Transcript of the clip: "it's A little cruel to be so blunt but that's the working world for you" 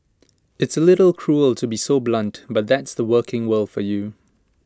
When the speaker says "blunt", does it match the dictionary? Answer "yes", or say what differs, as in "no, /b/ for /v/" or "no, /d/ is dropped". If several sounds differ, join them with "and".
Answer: yes